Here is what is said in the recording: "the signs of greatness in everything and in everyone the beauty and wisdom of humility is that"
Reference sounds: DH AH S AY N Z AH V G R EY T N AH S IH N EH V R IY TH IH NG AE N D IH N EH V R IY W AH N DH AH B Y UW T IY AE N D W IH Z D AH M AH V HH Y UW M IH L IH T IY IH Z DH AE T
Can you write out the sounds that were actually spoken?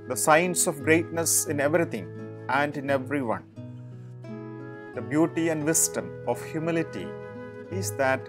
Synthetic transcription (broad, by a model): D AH S AY N S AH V G R EY T N AH S IH N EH V R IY T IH NG AE N D IH N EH V R IY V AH N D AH B Y UW T IY AE N D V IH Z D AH M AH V HH Y UW M IH L IH T IY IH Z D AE T